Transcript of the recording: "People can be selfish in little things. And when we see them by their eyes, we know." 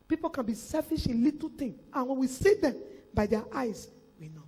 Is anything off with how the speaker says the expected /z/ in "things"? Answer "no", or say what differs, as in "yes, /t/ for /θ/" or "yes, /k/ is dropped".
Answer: yes, /z/ is dropped